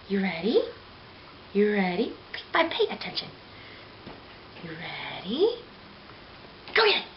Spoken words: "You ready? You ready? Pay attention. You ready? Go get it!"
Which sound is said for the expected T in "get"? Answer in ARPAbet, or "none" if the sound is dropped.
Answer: none